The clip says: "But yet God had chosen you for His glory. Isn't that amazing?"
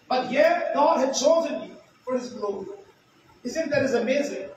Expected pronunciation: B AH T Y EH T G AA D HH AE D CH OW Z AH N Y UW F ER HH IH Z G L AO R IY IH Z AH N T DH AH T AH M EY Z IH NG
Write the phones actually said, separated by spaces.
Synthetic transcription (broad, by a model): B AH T Y EH T G AA D HH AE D CH OW Z AH N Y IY F ER HH IH Z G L AO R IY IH S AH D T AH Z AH M EY Z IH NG